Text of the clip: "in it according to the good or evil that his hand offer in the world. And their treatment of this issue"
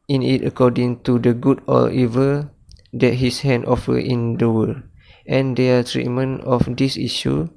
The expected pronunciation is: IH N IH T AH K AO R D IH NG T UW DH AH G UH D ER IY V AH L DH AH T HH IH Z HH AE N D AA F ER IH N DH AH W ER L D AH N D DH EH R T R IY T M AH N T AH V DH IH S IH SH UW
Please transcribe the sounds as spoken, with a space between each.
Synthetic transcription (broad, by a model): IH N IH T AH K AO D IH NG T UW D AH G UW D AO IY V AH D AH T HH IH S HH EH N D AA F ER IH N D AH W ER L AH N D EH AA T R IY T M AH N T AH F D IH S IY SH UW